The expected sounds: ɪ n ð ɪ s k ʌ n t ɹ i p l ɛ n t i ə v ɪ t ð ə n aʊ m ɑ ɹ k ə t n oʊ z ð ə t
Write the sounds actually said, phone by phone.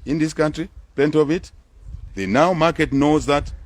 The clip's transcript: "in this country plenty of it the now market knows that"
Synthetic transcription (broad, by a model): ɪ n ð ɪ s k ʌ n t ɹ i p ɛ n t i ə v ɪ t ð ə n aʊ m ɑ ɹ k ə t n oʊ z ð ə t